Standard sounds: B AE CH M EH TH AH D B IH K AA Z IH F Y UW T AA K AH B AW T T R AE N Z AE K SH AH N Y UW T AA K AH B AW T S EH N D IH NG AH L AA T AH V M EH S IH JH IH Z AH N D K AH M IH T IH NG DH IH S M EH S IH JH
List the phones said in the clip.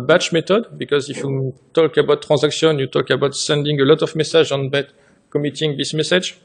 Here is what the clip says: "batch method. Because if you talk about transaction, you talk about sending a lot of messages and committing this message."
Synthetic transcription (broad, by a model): B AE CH M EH T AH D B IH K AA Z IH F Y UW T AA K AH B AW T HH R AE Z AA K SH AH N Y UW T AA K AH B AW T S EH N D IH NG AH L AA T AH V M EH S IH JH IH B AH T K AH M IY T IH NG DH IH S M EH S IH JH